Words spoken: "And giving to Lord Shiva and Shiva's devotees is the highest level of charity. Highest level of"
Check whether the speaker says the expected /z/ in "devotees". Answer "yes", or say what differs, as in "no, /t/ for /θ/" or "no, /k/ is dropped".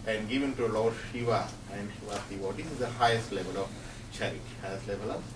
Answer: no, /z/ is dropped